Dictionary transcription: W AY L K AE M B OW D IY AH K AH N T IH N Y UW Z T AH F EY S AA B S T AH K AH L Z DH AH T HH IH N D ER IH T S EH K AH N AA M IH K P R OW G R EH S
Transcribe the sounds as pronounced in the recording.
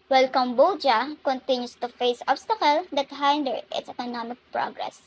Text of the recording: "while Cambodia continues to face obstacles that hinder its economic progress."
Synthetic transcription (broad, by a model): W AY L K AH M B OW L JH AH K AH N T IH N Y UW S T AH F EY S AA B S T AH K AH L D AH T HH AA N D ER IH T S EH K AH N AA M IH K P R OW G R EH S